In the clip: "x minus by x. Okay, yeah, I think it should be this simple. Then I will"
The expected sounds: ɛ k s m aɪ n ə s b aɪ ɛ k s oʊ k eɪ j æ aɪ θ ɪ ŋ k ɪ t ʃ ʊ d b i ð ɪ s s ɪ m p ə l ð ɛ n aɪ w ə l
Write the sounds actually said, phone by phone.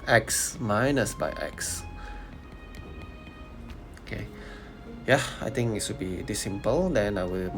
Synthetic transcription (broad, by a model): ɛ k s m aɪ n ə s b aɪ ɛ k s oʊ k eɪ j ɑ aɪ t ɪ ŋ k ɪ t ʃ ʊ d b i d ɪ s s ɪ m p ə l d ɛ n aɪ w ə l